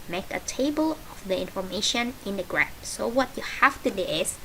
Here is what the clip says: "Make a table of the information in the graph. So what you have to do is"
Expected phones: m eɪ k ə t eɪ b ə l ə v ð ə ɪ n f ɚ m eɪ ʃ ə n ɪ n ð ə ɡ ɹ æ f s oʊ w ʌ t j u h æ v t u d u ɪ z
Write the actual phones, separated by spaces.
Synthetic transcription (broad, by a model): m eɪ k ə t eɪ b ə l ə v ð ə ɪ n f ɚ m eɪ ʃ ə n ɪ n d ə ɡ ɹ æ p s oʊ w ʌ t j u h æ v t u d u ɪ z